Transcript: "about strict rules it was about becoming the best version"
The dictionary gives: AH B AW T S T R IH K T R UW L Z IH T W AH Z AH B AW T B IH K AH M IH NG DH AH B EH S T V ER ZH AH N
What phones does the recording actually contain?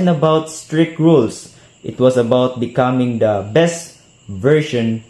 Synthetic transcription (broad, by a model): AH B AW T S T R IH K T R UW L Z IH T W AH S AH B AW T B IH K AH M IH NG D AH B EH S T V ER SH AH N